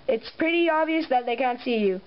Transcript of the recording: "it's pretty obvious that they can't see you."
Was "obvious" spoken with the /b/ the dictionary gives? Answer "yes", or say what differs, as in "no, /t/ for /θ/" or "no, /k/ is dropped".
no, /b/ is dropped